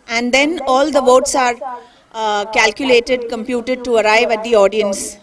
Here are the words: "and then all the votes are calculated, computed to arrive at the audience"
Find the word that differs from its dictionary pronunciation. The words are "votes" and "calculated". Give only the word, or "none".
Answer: none